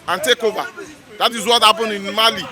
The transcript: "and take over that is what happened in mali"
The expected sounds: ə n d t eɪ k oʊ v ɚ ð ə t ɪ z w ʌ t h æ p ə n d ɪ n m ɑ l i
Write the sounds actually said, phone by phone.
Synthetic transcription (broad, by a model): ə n t eɪ k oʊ b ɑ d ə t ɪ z w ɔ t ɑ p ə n ɪ n m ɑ l i